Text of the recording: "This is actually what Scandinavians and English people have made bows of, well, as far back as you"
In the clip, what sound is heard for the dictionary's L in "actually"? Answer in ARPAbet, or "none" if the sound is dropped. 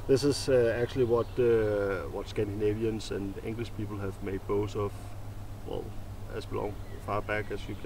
W